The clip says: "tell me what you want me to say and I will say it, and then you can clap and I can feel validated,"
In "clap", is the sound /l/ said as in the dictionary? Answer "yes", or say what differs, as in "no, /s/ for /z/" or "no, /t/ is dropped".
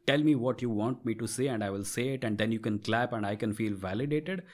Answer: yes